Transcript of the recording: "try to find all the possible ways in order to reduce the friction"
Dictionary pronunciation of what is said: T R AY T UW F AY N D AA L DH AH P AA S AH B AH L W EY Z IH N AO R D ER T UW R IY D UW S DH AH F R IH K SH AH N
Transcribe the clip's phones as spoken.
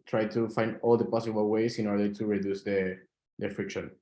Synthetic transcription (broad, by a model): T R AY T UW F AY N D AA L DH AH P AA S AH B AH L W EY S IH N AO R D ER T UW R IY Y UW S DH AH F R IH K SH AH N